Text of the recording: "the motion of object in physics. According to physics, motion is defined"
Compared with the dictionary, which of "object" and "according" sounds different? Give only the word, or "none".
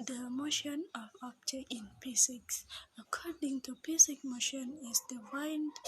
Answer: object